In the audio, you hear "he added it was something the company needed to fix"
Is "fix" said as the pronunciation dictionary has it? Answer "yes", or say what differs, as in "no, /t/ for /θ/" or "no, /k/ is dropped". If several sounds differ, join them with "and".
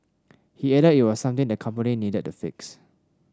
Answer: yes